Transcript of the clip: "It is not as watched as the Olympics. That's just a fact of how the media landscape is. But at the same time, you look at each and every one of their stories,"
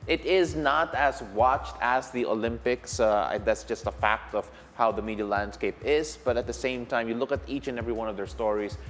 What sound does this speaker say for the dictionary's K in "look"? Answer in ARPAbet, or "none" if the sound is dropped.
K